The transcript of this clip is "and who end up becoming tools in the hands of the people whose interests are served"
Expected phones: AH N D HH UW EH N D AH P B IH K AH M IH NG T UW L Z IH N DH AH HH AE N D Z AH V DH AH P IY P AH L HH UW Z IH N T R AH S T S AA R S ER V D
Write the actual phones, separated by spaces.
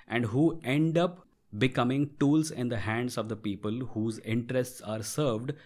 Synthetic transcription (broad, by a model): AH N D HH UW EH N D AH P B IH K AH M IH NG T UW L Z IH N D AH HH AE N D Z AH V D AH P IY P AH L HH UW Z IH N T R AH S T S AA R S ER V D